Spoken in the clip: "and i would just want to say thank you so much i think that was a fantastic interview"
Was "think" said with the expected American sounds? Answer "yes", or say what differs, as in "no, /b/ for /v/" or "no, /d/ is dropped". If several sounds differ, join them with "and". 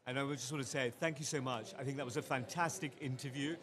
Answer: yes